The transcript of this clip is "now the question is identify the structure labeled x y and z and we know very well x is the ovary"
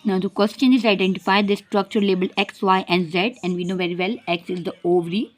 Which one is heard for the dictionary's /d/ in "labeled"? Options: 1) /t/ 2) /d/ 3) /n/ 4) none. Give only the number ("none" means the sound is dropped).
4